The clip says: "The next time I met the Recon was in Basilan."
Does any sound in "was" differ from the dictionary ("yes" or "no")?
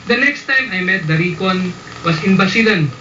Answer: yes